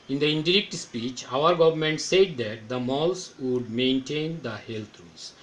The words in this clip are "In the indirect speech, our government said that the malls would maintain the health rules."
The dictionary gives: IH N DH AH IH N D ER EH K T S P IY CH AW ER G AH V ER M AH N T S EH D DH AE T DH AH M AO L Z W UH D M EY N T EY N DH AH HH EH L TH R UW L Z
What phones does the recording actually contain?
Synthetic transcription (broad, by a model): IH N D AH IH N D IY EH K T S P IY CH AW ER G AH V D M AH N T S EH D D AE T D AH M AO L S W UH D M EY N T EY N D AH HH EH L T R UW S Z